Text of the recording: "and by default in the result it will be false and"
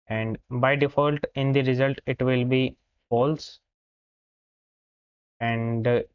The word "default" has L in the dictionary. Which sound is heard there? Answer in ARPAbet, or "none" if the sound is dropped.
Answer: L